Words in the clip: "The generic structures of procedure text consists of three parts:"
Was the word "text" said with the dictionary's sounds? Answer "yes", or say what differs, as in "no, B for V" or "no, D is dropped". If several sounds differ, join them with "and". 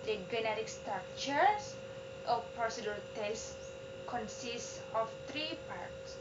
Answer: no, K is dropped